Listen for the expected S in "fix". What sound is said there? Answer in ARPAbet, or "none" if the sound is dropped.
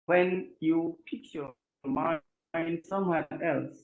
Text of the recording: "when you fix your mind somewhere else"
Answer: none